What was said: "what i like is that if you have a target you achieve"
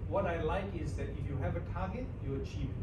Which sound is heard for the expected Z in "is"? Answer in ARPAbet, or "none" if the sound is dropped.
Z